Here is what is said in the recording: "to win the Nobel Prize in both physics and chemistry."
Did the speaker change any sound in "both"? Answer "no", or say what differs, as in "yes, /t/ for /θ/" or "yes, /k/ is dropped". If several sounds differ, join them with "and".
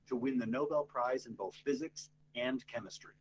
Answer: no